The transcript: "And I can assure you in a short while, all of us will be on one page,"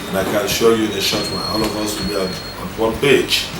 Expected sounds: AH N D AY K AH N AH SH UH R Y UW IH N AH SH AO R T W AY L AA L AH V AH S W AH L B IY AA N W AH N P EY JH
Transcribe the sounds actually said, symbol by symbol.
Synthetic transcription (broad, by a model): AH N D AY K AH N SH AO Y UW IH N AH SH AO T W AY N AA L AH V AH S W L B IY AA N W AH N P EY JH